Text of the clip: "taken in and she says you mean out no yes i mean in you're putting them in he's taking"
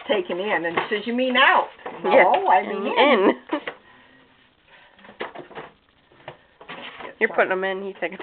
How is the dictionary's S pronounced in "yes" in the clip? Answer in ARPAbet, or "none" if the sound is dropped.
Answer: none